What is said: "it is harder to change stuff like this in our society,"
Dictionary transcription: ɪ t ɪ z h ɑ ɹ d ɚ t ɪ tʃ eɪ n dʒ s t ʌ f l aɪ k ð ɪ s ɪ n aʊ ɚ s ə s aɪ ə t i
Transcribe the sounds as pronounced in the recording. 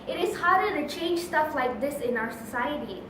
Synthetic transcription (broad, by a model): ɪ t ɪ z h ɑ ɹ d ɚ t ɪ tʃ eɪ n dʒ s t ʌ f l aɪ k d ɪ s ɪ n aʊ ɚ s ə s aɪ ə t i